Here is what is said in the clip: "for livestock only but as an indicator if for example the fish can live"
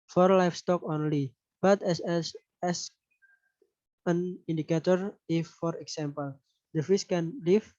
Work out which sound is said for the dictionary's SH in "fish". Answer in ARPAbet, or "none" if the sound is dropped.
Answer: S